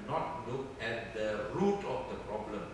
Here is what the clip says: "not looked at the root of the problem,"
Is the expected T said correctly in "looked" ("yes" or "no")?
no